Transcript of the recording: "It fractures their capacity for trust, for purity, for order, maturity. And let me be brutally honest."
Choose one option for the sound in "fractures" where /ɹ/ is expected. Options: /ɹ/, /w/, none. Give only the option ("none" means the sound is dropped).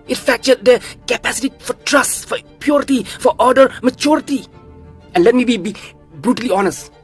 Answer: none